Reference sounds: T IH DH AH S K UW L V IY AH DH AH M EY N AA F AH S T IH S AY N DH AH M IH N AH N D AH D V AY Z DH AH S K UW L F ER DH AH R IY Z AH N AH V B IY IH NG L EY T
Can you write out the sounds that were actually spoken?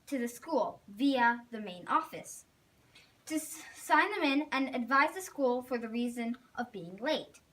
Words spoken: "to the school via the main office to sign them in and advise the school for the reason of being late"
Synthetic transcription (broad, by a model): T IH DH AH S K UW L V IY AH DH AH M EY N AA F AH S T IH S AY N DH AH M IH N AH N AH D V AY Z DH AH S K UW L F ER DH AH R IY Z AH N AH V B IY IH NG L EY T